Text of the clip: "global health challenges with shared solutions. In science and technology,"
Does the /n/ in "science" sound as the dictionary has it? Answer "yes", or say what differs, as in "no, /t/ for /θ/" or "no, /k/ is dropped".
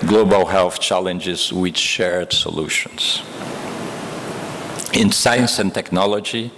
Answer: yes